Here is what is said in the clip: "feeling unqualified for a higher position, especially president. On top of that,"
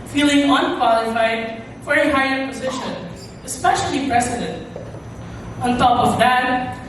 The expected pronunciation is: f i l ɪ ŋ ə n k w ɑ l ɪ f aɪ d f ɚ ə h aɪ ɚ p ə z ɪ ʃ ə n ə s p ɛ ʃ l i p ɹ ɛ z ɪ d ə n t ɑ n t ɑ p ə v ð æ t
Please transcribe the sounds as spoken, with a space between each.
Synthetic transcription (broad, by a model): f i l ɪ ŋ ə n k w ɑ l ɪ f aɪ d f ɚ ə h aɪ ɚ p ə z ɪ ʃ ə n ə s p ɛ ʃ l i p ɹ ɛ s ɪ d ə n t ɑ n t ɑ p ə v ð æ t